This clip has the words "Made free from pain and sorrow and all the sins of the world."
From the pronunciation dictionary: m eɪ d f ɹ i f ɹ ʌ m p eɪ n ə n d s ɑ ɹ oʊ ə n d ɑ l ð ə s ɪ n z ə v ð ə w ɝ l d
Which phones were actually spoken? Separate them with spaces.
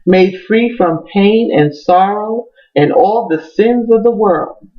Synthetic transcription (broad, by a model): m eɪ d f ɹ i f ɹ ʌ m p eɪ n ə n s ɑ ɹ oʊ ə n ɑ l ð ə s ɪ n z ə v ð ə w ɝ l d